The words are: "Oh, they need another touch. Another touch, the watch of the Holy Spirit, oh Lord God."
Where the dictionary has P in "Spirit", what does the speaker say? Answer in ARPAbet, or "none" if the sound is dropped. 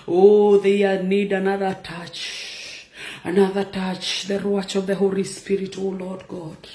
P